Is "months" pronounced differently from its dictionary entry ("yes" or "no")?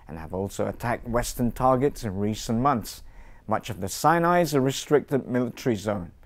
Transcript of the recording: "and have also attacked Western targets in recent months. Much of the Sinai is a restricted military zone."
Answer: no